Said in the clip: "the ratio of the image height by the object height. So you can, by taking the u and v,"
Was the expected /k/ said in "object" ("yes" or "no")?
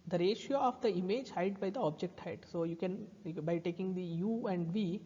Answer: yes